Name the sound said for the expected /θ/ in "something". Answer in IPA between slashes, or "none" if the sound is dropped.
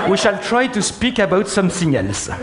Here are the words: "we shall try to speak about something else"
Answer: /s/